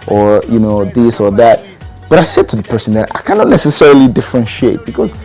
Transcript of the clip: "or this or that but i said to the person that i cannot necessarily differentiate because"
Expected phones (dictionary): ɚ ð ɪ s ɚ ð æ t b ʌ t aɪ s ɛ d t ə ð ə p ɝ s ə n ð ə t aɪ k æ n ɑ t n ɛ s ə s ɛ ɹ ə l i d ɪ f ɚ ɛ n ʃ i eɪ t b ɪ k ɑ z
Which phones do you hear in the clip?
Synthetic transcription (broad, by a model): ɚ ð ɪ s ɚ ð æ t b ʌ t aɪ s ɛ d t ə ð ə p ɝ s ə n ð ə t aɪ k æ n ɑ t n ɛ s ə s ɛ ɹ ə l i d ɪ f ɚ ɛ n ʃ i eɪ t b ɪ k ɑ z